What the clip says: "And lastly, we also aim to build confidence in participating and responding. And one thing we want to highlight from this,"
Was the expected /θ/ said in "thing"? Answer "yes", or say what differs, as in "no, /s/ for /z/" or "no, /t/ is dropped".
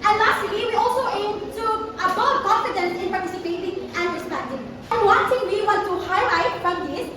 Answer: no, /t/ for /θ/